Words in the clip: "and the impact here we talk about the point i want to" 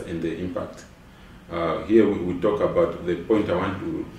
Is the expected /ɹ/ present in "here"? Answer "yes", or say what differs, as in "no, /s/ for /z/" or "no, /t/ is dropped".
no, /w/ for /ɹ/